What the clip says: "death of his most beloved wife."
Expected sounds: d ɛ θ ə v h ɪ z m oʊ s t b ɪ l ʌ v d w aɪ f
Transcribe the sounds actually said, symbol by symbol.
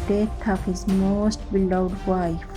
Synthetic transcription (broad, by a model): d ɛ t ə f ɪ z m oʊ s t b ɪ l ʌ w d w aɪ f